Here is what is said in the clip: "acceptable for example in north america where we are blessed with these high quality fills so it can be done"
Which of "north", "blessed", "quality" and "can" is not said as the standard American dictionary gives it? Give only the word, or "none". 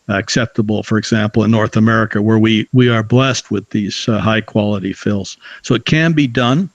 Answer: none